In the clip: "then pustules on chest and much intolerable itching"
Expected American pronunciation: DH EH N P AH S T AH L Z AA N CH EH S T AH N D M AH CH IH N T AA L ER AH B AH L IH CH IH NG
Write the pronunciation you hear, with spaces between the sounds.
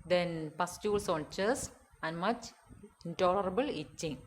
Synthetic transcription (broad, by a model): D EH N P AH S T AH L S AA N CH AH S AH N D M AH CH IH N T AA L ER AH B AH L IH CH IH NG